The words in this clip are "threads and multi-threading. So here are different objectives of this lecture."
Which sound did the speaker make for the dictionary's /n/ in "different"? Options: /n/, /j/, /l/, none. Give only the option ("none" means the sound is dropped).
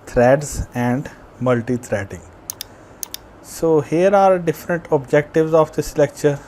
/n/